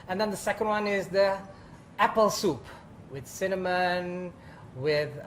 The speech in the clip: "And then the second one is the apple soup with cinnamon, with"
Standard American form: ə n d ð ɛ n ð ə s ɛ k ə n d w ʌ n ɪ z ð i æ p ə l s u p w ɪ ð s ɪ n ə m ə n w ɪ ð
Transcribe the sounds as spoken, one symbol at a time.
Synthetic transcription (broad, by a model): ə n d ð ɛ n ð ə s ɛ k ə n d w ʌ n ɪ z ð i æ p ə l s u p w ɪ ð s ɪ n ə m ə n w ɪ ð